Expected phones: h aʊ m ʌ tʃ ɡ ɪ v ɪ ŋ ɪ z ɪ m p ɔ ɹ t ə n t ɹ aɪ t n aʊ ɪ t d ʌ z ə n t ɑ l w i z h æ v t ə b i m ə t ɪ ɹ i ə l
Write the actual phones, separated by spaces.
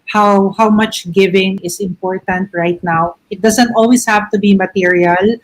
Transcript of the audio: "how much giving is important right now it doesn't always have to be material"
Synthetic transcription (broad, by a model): h aʊ m ʌ tʃ ɡ ɪ v ɪ ŋ ɪ s ɪ m p ɔ ɹ t ə n t ɹ aɪ t n aʊ ɪ t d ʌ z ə n t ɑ l w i s h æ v t ə b i m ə t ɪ ɹ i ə l